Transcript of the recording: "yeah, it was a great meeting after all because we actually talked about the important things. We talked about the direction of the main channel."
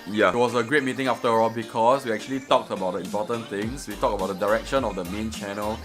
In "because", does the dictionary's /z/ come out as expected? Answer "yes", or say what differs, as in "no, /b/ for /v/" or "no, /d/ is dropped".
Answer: no, /s/ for /z/